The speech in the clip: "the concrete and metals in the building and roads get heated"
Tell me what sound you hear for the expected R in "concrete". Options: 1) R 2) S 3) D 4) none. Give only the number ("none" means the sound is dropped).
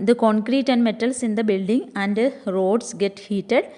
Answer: 1